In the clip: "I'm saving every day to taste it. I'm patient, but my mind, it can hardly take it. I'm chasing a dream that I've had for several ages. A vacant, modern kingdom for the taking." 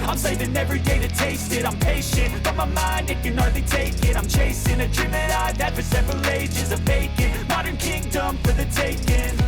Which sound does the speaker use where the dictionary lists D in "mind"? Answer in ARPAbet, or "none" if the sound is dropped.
D